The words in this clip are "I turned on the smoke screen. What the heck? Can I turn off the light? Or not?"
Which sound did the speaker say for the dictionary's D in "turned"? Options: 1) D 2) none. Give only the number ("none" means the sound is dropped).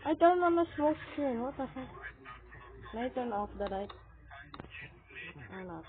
2